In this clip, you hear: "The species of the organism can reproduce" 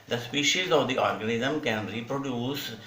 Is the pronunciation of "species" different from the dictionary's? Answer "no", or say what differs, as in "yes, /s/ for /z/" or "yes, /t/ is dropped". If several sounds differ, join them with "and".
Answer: no